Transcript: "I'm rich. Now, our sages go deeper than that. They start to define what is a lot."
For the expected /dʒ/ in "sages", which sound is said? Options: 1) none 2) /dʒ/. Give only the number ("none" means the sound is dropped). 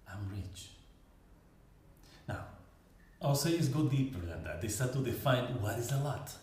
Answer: 1